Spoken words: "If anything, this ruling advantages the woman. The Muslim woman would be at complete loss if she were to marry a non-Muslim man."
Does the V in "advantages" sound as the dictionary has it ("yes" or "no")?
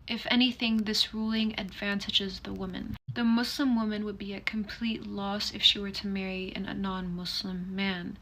yes